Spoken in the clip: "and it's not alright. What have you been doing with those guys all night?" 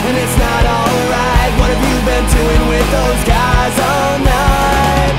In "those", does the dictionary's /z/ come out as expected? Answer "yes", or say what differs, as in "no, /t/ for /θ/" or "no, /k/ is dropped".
yes